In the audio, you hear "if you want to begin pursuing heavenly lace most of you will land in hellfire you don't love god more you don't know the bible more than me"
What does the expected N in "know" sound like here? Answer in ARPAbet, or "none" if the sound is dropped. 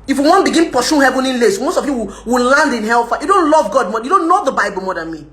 L